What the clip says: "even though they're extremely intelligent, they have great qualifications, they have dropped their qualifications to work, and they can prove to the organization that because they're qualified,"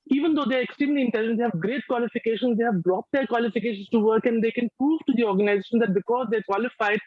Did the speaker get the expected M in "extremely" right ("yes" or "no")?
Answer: no